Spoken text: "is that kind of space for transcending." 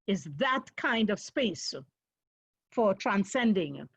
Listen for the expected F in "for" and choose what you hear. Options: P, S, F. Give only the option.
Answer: F